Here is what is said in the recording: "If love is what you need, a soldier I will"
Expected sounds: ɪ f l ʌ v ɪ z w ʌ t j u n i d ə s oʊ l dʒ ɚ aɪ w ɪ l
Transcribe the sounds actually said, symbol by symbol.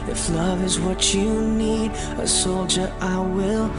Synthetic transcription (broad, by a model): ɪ f l ʌ v ɪ z w ʌ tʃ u n i d ə s oʊ l dʒ ɚ aɪ w ɪ l